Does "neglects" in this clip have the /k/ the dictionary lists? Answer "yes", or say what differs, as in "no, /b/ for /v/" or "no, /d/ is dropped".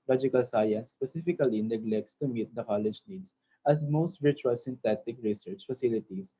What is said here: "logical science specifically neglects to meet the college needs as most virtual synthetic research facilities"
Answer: yes